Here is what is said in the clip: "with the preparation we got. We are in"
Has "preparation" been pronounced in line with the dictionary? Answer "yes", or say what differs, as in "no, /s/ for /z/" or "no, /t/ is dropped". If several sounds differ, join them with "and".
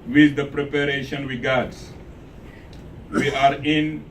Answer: yes